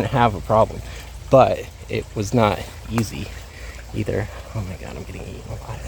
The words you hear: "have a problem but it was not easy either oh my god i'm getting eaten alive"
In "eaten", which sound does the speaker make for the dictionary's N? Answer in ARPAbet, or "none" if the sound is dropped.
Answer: none